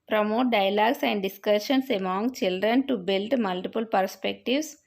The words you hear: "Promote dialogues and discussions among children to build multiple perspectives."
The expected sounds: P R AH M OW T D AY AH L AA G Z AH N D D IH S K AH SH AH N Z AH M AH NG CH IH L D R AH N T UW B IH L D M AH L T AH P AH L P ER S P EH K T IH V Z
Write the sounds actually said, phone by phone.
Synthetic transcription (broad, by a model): P R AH M OW T D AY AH L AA G S AH N D D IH S K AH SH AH N S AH M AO NG CH IH L D R AH N T UW B IH L D M AH L T AH P AH L P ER S P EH K T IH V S